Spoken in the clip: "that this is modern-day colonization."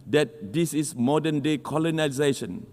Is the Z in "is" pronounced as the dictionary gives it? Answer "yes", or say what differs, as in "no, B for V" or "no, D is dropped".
no, S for Z